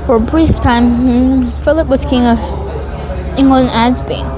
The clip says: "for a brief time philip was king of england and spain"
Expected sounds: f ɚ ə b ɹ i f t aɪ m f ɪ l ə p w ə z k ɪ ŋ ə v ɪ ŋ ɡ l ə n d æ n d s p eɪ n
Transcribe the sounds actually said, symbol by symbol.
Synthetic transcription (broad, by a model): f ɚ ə b ɹ i f t aɪ m f ɪ l ə p w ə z k ɪ ŋ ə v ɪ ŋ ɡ ə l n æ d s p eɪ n